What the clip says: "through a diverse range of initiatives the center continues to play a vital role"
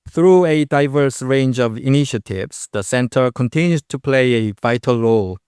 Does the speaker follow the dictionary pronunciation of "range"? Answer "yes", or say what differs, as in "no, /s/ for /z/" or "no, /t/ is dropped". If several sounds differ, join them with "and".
yes